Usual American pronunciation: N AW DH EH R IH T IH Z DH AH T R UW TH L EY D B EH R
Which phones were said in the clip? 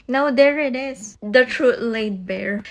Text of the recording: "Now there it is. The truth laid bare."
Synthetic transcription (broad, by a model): N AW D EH R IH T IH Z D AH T R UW T L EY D B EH R